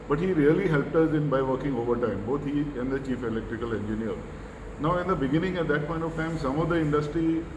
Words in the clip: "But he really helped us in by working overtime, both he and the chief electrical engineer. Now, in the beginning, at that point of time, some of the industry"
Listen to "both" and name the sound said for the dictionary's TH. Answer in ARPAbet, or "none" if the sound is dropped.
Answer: T